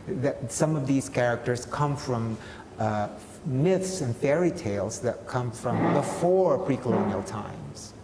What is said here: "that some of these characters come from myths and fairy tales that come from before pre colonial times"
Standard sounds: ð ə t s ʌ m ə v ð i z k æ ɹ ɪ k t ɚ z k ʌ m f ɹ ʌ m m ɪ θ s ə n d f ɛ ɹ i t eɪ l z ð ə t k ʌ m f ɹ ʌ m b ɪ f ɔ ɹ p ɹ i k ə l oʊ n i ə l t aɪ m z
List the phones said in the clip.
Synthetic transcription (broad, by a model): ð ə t s ʌ m ə v ð i z k æ ɹ ɪ k t ɚ z k ʌ m f ɹ ʌ m m ɪ θ s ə n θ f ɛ ɹ i t eɪ l z ð ə t k ʌ m f ɹ ʌ m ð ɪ f ɔ ɹ p ɹ i k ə l oʊ n i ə l t aɪ m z